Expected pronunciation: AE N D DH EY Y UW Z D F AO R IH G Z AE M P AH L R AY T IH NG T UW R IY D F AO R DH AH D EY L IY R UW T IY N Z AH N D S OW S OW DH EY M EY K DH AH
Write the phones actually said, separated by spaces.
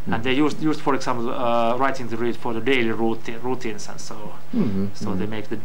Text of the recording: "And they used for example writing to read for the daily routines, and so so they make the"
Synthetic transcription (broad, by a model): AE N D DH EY Y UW S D F AO R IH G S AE M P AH R AY T IH NG T UW R IY D F AO R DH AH D EY L IY R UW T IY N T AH N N S OW S OW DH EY M EY K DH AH